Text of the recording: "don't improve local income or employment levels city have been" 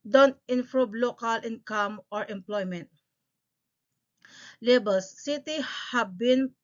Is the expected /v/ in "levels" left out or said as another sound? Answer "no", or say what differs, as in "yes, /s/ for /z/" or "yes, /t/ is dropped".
yes, /b/ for /v/